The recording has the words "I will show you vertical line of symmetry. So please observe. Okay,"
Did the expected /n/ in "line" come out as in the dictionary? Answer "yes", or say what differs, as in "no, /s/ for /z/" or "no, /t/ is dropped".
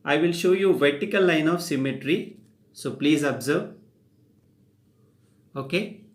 yes